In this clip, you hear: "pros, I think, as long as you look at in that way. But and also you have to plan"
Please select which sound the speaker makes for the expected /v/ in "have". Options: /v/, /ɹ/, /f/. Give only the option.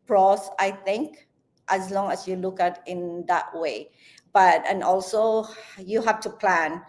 /f/